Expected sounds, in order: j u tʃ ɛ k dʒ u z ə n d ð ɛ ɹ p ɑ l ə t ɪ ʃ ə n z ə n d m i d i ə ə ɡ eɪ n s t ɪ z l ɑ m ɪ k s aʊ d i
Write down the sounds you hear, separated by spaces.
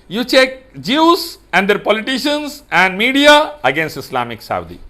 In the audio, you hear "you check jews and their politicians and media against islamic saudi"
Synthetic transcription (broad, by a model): j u tʃ ɛ k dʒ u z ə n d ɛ ɹ p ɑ l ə t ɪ ʃ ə n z ə n d m i d i ə ə ɡ eɪ n s t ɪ s l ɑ m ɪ k s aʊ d i